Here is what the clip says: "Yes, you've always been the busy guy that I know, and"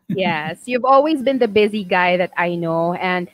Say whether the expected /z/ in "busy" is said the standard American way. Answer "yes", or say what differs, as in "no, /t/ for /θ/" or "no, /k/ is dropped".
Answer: yes